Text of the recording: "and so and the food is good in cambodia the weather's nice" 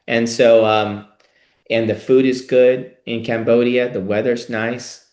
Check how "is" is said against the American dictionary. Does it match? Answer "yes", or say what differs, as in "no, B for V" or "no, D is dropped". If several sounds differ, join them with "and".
yes